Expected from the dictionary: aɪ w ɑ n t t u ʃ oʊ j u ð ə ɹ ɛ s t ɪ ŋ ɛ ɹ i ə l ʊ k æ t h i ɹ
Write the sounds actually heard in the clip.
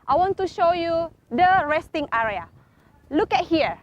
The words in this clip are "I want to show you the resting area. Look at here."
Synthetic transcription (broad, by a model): aɪ w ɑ n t t u ʃ oʊ j u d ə ɹ ɛ s t ɪ ŋ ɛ ɹ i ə l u k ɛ t h i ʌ